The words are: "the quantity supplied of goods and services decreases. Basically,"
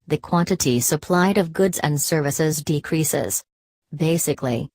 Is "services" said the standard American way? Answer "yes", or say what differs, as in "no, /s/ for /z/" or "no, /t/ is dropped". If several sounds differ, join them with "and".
yes